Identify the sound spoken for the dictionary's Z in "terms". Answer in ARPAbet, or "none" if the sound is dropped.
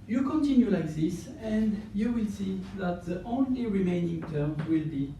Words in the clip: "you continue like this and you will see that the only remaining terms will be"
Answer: none